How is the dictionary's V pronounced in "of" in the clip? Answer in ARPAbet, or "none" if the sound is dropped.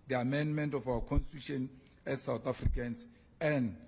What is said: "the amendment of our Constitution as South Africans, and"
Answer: F